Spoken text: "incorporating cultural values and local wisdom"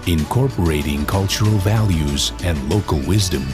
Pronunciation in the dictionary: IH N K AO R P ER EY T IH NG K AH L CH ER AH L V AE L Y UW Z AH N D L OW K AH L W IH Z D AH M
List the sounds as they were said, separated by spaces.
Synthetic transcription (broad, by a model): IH N K AO R P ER EY T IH NG K AH L CH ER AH L V AE L Y UW Z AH N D L OW K AH L W IH Z D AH M